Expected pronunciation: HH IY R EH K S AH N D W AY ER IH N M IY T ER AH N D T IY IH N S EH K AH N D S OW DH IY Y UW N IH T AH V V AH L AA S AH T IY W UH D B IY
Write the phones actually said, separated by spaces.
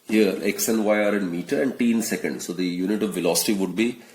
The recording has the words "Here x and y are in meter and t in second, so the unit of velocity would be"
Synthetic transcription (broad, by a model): HH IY R EH K S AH N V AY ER IH N M IY T ER AH N D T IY N S EH K AH N D S OW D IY Y UW N IH T AH V V AH L AA S AH T IY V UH D B IY